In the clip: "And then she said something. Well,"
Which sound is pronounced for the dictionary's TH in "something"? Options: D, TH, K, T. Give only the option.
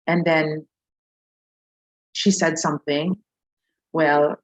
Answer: TH